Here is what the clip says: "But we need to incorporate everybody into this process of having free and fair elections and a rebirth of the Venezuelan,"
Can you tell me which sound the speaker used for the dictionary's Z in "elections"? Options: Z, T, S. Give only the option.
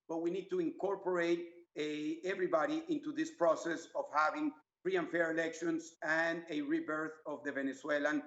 S